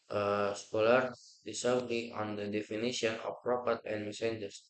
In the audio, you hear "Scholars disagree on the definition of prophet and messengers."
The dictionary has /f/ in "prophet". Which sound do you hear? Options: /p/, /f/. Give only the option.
/p/